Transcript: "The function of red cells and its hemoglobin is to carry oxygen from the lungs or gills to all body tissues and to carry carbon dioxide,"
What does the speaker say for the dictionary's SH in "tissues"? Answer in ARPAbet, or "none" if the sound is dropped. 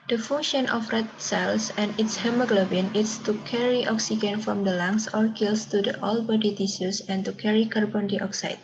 S